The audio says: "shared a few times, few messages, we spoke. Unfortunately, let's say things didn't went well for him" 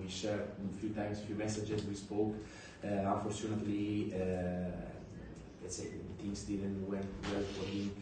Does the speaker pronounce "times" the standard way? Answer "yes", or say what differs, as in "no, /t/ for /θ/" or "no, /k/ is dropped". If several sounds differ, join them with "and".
no, /s/ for /z/